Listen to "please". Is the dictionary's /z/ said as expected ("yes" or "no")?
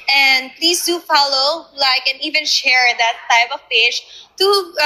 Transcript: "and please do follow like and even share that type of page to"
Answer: no